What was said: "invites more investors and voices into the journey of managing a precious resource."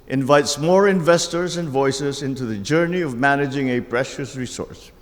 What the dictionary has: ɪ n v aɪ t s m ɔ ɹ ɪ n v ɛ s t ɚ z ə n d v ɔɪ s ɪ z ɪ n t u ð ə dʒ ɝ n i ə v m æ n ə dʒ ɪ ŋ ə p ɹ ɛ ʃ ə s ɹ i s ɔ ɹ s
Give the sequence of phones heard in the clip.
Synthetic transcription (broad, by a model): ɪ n v aɪ t s m ɔ ɹ ɪ n v ɛ s t ɚ z ə n d v ɔɪ s ɪ z ɪ n t u ð ə dʒ ɝ n i ə v m æ n ə dʒ ɪ ŋ ə p ɹ ɛ ʃ ə s ɹ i s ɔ ɹ s